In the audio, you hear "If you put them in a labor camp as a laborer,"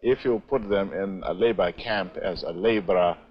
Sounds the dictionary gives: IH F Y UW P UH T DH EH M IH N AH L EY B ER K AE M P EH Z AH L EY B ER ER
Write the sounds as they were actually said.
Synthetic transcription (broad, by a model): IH F Y UW P UH T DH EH M IH N AH L EY B ER K AE M P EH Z AH L EY B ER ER